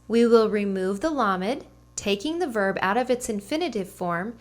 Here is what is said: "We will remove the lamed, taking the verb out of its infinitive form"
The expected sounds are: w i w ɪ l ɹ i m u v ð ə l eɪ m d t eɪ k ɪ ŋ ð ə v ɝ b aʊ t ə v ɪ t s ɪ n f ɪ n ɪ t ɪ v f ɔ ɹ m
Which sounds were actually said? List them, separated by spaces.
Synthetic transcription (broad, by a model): w i w ɪ l ɹ i m u v ð ə l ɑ m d t eɪ k ɪ ŋ ð ə v ɝ b aʊ t ə v ɪ t s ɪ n f ɪ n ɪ t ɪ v f ɔ ɹ m